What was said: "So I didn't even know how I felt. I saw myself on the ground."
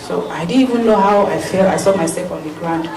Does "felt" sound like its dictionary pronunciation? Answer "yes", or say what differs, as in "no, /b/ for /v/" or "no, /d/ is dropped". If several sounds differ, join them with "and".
no, /t/ is dropped